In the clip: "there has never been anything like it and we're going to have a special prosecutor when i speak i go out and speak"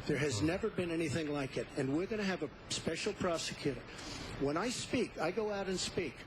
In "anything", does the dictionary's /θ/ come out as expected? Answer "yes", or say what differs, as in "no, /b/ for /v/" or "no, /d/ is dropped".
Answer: yes